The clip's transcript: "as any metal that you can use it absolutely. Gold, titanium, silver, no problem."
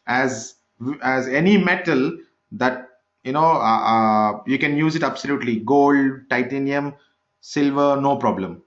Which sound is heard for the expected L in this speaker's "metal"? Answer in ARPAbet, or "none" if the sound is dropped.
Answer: L